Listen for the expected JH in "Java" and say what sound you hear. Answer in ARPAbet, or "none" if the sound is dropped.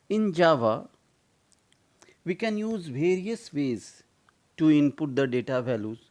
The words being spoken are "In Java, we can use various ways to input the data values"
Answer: JH